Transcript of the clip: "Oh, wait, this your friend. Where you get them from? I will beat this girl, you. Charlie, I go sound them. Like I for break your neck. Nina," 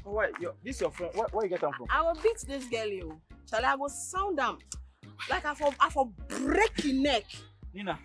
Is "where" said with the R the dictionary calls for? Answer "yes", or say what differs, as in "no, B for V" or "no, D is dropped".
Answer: no, W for R